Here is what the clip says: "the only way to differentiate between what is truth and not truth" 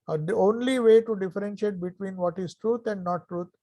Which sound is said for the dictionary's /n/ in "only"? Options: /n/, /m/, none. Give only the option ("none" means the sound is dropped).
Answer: /n/